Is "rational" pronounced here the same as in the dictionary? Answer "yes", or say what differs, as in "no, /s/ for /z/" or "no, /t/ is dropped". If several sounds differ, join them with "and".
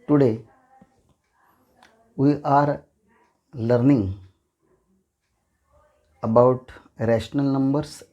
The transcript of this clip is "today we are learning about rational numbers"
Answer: yes